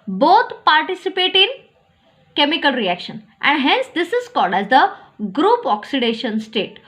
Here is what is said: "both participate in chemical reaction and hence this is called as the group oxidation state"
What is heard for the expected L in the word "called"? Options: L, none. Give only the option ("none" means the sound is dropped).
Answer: L